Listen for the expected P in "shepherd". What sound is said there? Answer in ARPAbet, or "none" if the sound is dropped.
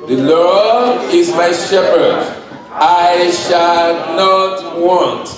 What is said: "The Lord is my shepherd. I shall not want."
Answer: P